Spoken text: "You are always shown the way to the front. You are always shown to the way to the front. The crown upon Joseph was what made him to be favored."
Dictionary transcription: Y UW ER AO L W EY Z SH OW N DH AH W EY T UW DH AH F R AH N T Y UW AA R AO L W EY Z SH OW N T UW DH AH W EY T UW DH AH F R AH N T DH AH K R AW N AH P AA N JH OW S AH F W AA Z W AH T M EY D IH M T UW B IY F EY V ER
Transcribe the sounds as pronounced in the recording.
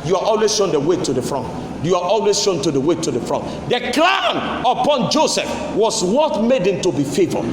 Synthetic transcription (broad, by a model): Y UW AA AO L W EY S SH OW N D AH W EY T UW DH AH F R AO N T Y UW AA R AO L W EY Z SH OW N T UW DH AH W EY T UW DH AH F R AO N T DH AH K L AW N AH P AA N JH OW S AH F W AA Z W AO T M EY D IH M T UW B IY F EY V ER